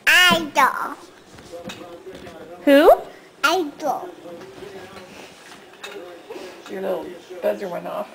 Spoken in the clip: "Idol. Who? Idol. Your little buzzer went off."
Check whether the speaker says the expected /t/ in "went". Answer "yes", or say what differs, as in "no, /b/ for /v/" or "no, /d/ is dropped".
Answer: no, /t/ is dropped